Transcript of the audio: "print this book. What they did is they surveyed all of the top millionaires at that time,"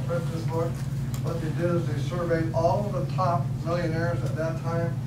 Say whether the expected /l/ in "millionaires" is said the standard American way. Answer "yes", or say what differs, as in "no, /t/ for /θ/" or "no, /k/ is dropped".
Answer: yes